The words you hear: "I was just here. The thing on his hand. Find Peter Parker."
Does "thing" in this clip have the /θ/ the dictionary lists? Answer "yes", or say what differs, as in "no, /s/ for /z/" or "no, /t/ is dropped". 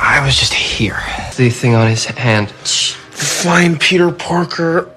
yes